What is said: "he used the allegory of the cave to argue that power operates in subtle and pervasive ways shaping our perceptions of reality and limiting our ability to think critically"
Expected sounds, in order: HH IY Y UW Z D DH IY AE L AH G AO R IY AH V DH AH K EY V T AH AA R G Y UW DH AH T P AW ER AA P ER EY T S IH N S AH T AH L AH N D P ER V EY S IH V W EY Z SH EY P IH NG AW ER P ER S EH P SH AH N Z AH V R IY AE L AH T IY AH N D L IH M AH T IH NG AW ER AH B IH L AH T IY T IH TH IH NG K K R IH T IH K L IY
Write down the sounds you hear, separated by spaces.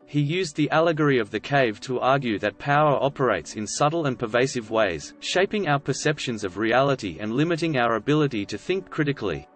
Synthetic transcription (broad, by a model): HH IY Y UW Z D DH IY AE L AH G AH R IY AH V DH AH K EY V T AH AA R G Y UW DH AH T P AW ER AA P ER EY T S IH N S AH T L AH N P ER V EY S IH V W EY Z SH EY P IH NG AW ER P ER S EH P SH AH N Z AH V R IY AE L AH T IY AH N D L IH M AH T IH NG AW ER AH B IH L AH T IY T IH TH IH NG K K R IH T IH K L IY